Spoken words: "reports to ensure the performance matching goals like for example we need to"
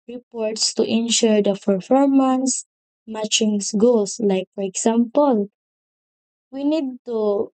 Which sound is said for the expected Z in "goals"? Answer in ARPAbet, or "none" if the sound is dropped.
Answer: S